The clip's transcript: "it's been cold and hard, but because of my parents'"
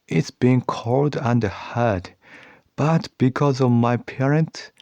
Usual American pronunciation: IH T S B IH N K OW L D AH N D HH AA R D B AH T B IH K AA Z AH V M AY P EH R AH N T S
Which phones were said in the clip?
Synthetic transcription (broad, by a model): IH T S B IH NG K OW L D AH N D HH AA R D B AH T B IH K AA Z AH V M AY P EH R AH N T S